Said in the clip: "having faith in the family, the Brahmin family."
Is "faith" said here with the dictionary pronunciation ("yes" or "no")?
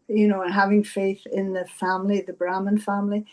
yes